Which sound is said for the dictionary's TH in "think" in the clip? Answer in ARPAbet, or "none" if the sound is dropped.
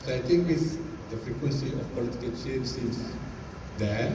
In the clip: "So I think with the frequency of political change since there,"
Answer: T